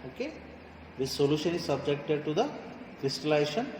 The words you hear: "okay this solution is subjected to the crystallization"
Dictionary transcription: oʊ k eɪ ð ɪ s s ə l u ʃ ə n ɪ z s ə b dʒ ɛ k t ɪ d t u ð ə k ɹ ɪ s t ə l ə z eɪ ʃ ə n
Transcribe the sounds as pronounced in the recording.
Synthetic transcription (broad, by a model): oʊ k eɪ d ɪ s s ə l u ʃ ə n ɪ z s ə b dʒ ɛ k t ɪ d t u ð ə k ɹ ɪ s t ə l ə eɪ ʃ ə n